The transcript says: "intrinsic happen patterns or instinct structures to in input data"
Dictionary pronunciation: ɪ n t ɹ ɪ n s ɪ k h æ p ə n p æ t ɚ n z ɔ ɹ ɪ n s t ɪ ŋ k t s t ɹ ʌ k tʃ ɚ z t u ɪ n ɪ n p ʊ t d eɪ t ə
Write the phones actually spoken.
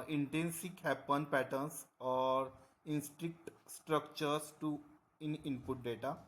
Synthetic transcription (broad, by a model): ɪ n t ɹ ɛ n s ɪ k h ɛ p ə n p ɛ t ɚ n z ɔ ɹ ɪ n s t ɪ k t s t ɹ ʌ k tʃ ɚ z t u ɪ n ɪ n p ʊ t d eɪ t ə